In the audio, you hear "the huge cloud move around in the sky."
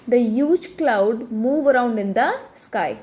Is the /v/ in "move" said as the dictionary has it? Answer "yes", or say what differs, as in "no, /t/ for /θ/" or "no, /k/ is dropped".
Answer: yes